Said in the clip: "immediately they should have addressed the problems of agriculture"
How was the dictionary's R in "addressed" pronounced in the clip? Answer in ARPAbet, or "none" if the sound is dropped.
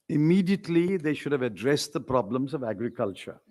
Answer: R